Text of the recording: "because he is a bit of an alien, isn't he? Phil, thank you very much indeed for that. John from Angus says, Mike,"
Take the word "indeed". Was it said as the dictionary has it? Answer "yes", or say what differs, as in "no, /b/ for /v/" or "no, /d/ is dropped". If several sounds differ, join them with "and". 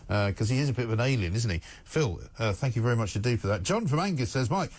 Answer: no, /n/ is dropped